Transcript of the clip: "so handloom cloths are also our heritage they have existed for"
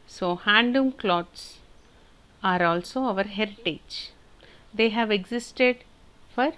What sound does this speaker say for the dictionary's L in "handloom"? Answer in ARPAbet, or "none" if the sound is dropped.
none